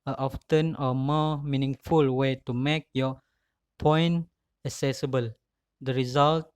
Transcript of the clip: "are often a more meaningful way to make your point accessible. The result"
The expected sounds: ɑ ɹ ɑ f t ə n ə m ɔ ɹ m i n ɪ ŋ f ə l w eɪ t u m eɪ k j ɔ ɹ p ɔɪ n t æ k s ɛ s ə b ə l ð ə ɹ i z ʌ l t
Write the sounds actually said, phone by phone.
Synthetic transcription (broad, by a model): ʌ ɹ ɑ f t ə n ə m ɔ m i n ɪ ŋ f ə l w eɪ t u m eɪ k j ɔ p ɔɪ n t æ k s ɛ s ə b ə l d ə ɹ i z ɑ l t